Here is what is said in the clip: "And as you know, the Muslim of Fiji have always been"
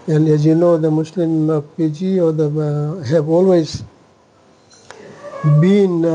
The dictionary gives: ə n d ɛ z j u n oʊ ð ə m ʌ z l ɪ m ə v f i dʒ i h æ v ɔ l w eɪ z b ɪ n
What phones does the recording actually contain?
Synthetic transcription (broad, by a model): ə n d ɛ z j u n oʊ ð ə m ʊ s l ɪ m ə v p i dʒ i h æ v ɔ l w eɪ z b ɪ n